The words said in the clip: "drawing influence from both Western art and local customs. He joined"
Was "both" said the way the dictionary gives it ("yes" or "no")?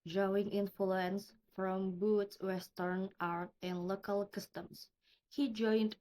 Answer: no